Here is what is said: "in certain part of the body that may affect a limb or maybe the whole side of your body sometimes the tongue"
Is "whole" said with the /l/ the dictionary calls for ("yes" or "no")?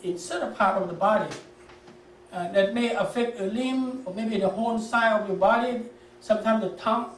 no